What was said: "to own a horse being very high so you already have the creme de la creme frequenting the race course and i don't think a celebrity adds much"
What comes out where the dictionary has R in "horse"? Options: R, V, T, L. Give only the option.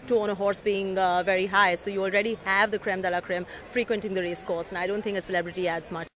R